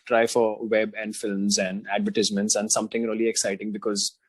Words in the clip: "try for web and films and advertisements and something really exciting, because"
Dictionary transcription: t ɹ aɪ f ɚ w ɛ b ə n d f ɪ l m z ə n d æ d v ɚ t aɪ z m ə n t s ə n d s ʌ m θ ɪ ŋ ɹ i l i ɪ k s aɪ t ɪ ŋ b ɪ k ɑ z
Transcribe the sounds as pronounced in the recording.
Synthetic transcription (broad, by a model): t ɹ aɪ f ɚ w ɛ b ə n d f ɪ l m z ə n d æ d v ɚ t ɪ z m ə n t s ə n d s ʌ m t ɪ ŋ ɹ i l i ɪ k s aɪ t ɪ ŋ b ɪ k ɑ z